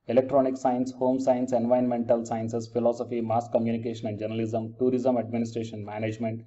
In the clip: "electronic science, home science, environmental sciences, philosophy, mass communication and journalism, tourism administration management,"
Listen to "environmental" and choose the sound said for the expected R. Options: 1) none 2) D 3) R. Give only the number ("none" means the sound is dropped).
1